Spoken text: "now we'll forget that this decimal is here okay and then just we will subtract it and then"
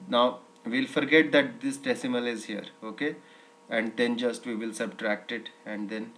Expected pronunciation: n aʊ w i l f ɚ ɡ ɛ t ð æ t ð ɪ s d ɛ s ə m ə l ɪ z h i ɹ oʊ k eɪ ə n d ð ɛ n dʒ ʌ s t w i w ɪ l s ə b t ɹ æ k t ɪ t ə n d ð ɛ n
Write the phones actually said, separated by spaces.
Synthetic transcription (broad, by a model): n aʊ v i l f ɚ ɡ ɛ t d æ t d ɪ s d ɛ s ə m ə l ɪ z h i ɹ oʊ k eɪ ə n d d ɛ n dʒ ʌ s t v i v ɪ l s ə b t ɹ æ k t ɪ t ə n d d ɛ n